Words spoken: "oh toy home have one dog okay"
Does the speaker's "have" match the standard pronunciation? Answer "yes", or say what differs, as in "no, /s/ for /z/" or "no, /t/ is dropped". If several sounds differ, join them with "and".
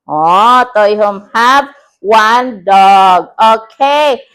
no, /p/ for /v/